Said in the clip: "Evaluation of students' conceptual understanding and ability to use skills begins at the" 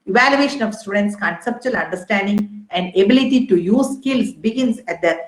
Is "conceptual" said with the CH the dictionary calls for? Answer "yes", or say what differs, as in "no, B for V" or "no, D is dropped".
yes